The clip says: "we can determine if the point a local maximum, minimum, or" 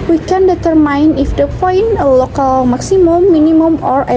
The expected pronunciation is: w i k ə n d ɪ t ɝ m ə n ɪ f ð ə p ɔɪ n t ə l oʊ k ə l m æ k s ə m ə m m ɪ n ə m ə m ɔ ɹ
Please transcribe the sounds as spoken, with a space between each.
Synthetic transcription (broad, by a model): w i k ə n d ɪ t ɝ m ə n ɪ f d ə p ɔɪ n ə l oʊ k ə l m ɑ k s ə m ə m m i n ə m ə m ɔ ɹ